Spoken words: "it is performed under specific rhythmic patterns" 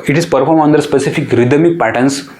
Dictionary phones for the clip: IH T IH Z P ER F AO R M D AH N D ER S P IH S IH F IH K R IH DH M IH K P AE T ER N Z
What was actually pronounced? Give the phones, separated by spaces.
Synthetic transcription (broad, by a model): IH T IH Z P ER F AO R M AH N D ER S P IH S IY F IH K R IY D M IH K P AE T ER N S